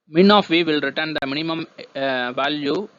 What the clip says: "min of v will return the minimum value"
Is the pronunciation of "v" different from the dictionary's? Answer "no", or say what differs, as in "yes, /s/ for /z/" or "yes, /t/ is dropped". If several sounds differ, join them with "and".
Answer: no